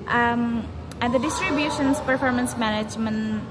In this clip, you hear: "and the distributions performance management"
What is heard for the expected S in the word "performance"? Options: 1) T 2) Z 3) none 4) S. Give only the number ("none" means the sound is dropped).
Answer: 4